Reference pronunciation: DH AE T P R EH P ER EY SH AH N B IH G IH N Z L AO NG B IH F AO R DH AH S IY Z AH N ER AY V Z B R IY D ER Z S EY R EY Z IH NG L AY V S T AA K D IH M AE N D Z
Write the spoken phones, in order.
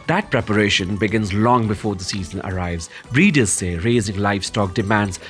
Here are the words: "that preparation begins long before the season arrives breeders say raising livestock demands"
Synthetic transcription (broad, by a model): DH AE T P R EH P ER EY SH AH N B IH G IH N Z L AO NG B IH F AO R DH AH S IY Z AH N ER AY V Z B R IY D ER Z S EY R EY Z IH NG L AY F S T AA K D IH M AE N D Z